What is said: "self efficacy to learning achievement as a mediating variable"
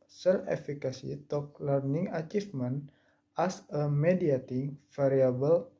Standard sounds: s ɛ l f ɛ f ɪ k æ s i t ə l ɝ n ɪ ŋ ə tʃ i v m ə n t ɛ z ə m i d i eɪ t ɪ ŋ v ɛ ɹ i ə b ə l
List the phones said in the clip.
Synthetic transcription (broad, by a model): s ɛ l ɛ f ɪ k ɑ s i t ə l ɝ n ɪ ŋ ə tʃ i f m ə n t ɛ s ə m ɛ d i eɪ t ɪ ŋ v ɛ ɹ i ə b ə l